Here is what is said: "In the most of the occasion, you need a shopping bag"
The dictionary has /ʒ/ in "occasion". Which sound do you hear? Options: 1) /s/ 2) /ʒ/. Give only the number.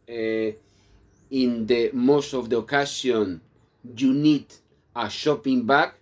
1